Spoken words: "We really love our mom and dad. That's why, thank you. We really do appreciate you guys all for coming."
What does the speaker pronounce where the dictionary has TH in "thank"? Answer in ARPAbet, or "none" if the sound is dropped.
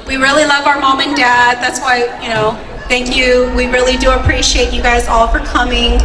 TH